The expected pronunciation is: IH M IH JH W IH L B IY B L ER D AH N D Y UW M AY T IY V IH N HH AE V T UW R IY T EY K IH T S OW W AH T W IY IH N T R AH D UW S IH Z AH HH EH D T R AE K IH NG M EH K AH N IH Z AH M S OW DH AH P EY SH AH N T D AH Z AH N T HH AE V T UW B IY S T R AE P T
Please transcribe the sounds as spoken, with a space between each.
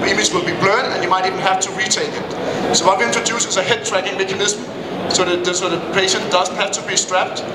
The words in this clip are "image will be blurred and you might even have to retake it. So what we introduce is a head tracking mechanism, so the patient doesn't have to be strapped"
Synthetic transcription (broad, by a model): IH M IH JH W IH L B IY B L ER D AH N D Y UW M AY T IY V IH N HH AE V T UW R IY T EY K IH T S OW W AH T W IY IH N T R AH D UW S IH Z AH HH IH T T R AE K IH NG M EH K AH N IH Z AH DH S OW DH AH P EY SH AH N T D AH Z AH N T HH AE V T UW B IY S T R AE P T